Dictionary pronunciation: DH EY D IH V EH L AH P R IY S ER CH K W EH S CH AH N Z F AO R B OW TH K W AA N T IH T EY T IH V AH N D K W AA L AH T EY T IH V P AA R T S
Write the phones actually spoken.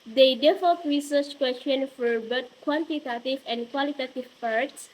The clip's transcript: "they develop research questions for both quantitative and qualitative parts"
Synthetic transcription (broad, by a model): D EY D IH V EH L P R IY S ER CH K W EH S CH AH N F AO R B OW T K W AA N T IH T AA T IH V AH N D K W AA L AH T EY T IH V P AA R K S